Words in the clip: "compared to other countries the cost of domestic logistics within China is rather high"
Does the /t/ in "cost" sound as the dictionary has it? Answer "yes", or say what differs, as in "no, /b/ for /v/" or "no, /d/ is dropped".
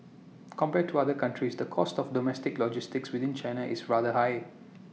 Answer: yes